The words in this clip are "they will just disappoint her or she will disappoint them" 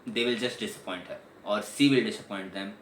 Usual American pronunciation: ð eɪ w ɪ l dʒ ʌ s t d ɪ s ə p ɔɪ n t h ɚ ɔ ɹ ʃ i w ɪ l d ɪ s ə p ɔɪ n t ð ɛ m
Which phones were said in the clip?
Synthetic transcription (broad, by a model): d eɪ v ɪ l dʒ ʌ s t d ɪ s ə p ɔɪ n t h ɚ ɔ ɹ s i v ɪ l d ɪ s ə p ɔɪ n t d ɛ m